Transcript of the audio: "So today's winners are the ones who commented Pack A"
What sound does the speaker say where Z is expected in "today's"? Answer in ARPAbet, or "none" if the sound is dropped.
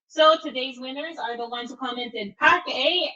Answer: Z